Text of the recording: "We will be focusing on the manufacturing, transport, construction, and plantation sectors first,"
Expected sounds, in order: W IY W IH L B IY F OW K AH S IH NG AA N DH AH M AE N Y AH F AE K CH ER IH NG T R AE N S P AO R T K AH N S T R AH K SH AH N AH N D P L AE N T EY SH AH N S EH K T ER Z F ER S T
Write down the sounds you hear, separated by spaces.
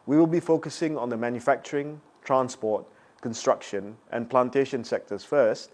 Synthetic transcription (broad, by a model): W IY W IH L B IY F OW K AH S IH NG AA N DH AH M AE N Y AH F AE K CH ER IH NG T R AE N S P AO T K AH N S T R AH K SH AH N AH N P L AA N T EY SH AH N S EH K T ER S F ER S T